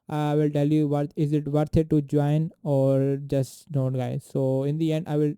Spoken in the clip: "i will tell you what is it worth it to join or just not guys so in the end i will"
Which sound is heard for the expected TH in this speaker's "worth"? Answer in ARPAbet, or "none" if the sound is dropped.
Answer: T